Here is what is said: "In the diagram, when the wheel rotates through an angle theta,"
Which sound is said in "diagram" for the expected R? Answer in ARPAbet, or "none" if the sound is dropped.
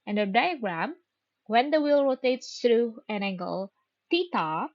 R